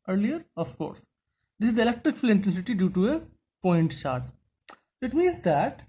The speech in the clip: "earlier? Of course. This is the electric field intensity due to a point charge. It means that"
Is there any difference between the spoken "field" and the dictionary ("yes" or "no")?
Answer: yes